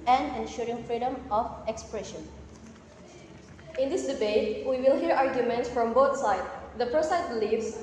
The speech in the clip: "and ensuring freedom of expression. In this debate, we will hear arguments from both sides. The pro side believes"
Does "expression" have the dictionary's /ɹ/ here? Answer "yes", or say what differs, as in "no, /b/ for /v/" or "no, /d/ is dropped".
yes